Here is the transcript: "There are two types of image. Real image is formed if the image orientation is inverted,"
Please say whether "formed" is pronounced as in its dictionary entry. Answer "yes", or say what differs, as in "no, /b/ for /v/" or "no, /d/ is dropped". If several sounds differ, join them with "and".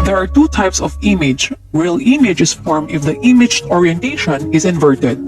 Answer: no, /d/ is dropped